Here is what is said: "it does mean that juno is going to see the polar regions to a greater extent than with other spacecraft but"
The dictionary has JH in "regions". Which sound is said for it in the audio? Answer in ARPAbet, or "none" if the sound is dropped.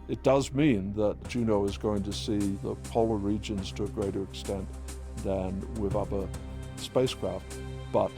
JH